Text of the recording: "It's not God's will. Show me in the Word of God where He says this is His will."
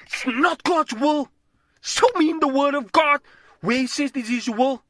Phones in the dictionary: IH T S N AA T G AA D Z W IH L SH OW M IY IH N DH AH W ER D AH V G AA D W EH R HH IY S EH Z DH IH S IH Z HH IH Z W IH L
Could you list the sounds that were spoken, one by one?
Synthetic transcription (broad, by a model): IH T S N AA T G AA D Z W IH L S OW M IY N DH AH W ER D AH V G AA D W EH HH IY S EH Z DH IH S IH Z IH W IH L